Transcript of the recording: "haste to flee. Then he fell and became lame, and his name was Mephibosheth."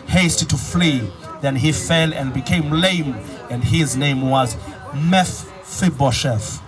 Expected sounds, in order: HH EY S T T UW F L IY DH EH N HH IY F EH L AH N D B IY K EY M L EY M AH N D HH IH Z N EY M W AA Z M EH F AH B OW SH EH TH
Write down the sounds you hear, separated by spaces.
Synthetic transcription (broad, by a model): HH EY S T T UW F L IY DH EH N HH IY F EH L AH N D B IY K EY M L EY M AH N D HH IH Z N EY M W AA Z M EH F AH B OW SH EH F